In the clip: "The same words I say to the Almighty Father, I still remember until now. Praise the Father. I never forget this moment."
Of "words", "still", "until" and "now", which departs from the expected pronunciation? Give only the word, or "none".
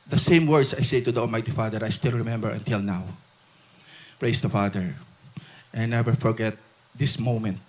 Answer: words